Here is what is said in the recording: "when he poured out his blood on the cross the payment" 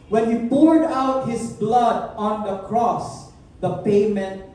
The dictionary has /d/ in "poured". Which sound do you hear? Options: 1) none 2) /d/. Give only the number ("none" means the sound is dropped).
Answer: 2